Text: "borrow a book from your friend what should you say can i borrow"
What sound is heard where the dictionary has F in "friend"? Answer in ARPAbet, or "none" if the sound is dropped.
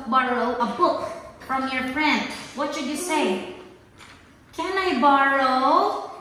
P